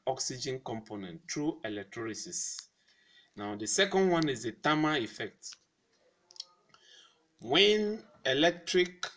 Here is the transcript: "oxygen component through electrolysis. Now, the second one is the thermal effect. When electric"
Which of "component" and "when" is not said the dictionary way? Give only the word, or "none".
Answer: none